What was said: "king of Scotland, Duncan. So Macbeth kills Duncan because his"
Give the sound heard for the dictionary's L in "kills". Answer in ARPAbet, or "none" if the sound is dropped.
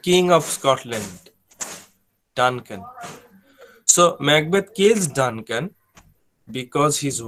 none